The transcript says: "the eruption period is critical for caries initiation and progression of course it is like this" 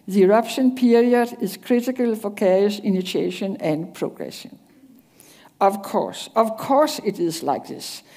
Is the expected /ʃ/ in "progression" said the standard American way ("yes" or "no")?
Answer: no